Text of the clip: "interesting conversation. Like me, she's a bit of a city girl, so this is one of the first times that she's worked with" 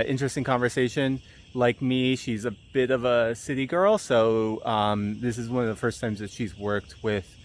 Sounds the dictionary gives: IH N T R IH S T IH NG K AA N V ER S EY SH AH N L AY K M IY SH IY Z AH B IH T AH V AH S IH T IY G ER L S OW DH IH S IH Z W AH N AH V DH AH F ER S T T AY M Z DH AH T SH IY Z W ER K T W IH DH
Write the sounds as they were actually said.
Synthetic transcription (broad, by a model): IH N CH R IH S T IH NG K AA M V ER S EY SH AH N L AY K M IY SH IY Z AH B IH T AH V AH S IH T IY G ER L S OW DH IH S IH Z W AH N AH V DH AH F ER S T T AY M Z DH AH T SH IY Z W ER K T W IH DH